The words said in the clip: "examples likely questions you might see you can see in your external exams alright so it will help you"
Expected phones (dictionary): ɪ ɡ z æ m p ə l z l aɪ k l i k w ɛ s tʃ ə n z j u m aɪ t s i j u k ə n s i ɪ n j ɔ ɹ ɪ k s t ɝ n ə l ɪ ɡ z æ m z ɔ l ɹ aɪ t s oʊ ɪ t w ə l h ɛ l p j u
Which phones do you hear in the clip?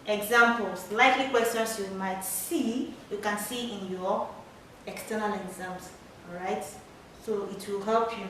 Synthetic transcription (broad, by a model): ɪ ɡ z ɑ m p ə l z l aɪ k l i k w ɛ s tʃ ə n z j u m aɪ t s i j u k ə n s i ɪ n j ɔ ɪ k s t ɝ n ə l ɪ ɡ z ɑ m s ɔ ɹ aɪ t s oʊ ɪ t w ə l h ɛ l p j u